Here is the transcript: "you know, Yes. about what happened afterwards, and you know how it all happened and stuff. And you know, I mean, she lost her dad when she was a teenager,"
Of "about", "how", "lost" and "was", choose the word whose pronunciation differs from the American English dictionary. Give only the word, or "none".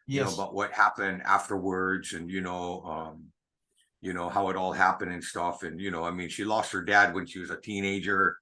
none